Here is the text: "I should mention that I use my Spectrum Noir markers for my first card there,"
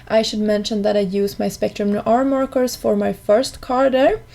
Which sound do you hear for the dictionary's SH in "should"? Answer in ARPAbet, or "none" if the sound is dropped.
SH